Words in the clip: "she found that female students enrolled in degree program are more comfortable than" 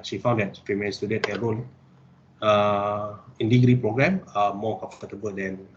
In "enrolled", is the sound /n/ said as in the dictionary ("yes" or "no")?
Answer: no